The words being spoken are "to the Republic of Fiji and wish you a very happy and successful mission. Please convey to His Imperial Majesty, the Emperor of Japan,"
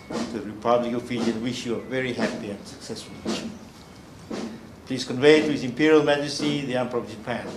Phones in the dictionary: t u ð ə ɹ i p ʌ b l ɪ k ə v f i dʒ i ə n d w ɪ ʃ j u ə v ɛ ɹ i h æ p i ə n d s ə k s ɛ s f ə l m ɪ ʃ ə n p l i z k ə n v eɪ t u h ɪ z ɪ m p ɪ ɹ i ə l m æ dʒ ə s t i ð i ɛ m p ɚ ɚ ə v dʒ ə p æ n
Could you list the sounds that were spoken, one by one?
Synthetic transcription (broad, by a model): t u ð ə ɹ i p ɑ b l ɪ k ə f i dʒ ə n w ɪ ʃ j u ə v ɛ ɹ i h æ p i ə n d s ə k s ɛ s f ə l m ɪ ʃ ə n p l i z k ə n v eɪ t u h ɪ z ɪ m p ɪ ɹ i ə l m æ dʒ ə s t i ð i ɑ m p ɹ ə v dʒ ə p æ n